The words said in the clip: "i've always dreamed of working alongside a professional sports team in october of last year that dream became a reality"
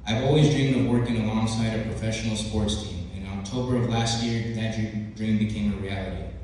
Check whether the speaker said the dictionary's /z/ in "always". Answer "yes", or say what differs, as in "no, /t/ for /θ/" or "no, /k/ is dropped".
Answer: yes